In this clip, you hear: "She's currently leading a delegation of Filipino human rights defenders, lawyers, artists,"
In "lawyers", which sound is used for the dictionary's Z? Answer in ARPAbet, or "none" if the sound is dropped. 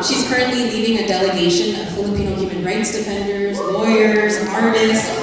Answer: Z